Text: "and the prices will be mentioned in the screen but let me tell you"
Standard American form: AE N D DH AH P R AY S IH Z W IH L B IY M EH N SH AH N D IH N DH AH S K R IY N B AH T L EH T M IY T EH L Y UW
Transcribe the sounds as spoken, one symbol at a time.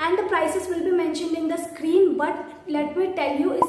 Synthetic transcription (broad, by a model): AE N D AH P R AY S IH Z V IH L B IY M EH N SH AH N D IH N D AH S K R IY N B AH T L EH T M IY T EH L Y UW